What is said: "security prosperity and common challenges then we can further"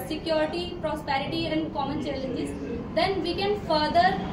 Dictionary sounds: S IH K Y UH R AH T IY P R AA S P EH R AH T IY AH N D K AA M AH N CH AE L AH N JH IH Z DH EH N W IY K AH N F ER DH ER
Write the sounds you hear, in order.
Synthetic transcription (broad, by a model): S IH K Y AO R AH T IY P R AA S P EH R AH T IY AH N D K AA M AH N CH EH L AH JH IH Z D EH N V IY K AH N F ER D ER